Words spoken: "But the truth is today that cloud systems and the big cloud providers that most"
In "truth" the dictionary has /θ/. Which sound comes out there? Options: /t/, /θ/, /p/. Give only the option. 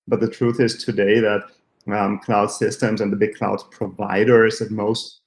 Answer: /θ/